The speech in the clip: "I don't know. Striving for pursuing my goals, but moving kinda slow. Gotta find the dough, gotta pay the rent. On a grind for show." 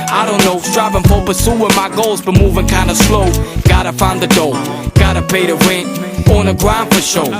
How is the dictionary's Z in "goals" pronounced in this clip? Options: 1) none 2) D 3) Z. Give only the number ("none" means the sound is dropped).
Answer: 3